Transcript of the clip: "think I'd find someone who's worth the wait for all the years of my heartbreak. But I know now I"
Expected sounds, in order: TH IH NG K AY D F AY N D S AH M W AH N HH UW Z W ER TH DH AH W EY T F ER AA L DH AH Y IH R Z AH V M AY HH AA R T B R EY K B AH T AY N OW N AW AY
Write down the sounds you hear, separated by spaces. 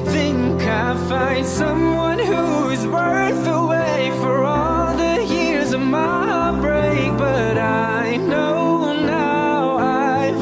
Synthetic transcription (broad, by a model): TH IH NG K AY F AY N D S AH M W AH N HH UW Z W ER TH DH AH W EY F ER AA L DH AH Y IH R Z AH V M AY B R EY K B AH T AY N OW N AW AY